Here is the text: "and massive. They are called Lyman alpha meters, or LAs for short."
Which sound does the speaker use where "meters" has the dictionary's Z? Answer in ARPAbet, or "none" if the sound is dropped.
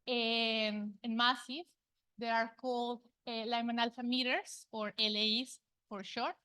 S